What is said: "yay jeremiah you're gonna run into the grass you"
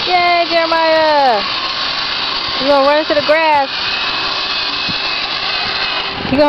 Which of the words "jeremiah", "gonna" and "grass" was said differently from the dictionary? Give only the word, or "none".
gonna